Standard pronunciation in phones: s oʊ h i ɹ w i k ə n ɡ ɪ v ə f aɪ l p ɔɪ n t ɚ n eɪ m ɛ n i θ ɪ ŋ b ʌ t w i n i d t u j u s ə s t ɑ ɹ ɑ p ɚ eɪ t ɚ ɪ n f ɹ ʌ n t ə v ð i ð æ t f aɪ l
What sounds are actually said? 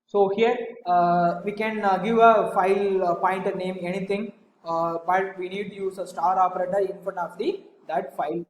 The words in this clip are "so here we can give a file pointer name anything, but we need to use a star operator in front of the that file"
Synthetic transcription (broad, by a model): s oʊ h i ɹ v i k ə n ɡ ɪ v ə f aɪ l p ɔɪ n t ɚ n eɪ m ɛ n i t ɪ ŋ b ʌ t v i n i d t u j u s ə s t ɑ ɹ ɑ p ɚ eɪ t ɚ ɪ n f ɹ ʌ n ə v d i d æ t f aɪ l